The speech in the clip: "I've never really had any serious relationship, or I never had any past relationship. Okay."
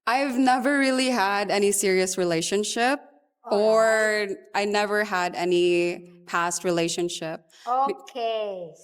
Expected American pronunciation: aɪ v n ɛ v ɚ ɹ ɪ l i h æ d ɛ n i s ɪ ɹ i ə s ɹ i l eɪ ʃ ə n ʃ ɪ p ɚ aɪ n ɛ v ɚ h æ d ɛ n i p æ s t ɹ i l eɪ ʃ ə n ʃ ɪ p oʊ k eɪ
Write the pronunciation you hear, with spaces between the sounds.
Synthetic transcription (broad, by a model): aɪ v n ɛ v ɚ ɹ ɪ l i h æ d ɛ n i s ɪ ɹ i ə s ɹ i l eɪ ʃ ə n ʃ ɪ p ɚ aɪ n ɛ v ɚ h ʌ d ɛ n i p æ s t ɹ i l eɪ ʃ ə n ʃ ɪ p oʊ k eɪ